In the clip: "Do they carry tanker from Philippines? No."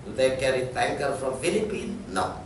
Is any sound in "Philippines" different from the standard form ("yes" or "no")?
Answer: yes